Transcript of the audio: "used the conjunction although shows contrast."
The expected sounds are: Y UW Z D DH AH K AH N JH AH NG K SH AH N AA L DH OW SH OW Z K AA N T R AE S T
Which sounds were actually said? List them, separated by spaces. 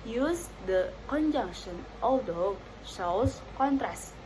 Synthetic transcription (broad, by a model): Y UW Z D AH K AH N JH AH NG K SH AH N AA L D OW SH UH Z K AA N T R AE S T